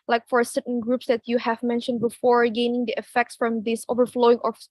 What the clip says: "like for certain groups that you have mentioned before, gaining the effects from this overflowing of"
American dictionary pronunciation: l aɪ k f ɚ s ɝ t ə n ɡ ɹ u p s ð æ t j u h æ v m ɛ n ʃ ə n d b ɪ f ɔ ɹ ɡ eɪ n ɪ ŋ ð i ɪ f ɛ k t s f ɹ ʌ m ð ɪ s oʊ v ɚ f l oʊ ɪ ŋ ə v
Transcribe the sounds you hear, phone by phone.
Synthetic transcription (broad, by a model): l aɪ k f ɚ s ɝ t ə n ɡ ɹ u p s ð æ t j u h æ v m ɛ n ʃ ə n d b ɪ f ɔ ɹ ɡ eɪ n ɪ ŋ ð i ɪ f ɛ k t s f ɹ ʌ m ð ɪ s oʊ v ɚ f l oʊ ɪ ŋ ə